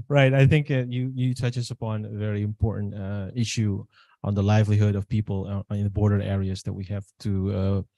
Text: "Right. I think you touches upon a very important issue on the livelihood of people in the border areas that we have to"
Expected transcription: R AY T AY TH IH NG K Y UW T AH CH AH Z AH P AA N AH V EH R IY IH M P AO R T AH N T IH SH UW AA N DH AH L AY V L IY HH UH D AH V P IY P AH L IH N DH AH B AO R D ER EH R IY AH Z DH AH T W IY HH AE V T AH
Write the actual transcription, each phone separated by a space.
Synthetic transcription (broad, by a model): R AY T AY TH IH NG K Y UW T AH CH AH S AH P AA N AH V EH R IY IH M P AO R T N T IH SH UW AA N DH AH L AY V L IY HH UH D AH V P IY P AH L IH N DH AH B AO R D ER EH R IY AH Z DH AH T W IY HH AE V T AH